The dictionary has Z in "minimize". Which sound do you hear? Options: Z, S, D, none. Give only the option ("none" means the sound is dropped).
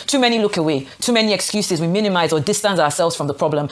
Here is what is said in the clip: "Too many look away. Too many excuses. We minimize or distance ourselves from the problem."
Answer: Z